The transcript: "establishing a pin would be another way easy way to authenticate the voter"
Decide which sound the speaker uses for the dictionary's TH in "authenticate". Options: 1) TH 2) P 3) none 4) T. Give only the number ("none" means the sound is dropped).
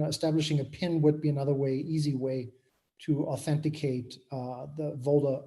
1